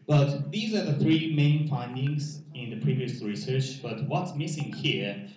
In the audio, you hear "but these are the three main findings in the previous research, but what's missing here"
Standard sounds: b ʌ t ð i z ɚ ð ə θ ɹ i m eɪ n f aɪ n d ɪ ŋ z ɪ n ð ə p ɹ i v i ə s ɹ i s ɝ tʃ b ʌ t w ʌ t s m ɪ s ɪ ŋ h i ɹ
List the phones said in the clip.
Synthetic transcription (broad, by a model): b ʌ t ð i z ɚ ð ə θ ɹ i m eɪ n f aɪ n d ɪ ŋ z ɪ n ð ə p ɹ i v i ə s ɹ i s ɝ tʃ b ʌ t w ʌ t s m ɪ s ɪ ŋ h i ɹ